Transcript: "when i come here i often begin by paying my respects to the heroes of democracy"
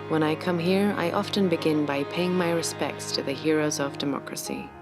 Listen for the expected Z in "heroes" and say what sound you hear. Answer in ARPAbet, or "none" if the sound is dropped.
Z